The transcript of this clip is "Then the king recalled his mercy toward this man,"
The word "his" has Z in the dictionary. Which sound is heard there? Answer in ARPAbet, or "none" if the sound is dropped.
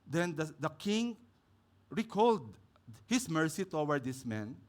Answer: S